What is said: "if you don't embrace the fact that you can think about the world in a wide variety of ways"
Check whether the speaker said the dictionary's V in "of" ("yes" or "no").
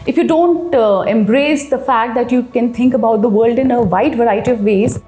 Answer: yes